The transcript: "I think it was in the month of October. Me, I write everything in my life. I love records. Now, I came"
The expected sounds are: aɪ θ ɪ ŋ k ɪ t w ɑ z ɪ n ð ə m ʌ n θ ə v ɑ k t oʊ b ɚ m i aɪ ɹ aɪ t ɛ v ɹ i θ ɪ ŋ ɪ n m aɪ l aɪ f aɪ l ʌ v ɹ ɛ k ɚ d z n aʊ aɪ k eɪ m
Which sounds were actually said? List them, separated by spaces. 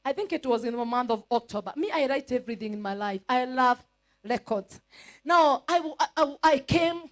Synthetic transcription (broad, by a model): aɪ θ ɪ ŋ k ɪ t w ɑ z ɪ n ð ə m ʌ n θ ə v ɑ k t oʊ b ɚ m i aɪ ɹ aɪ t ɛ v ɹ i θ ɪ ŋ ɪ n m aɪ l aɪ f aɪ l ʌ v ɹ ɛ k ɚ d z n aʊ aɪ k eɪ m